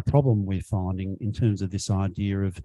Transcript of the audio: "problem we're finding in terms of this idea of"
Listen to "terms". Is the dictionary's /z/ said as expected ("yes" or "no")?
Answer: yes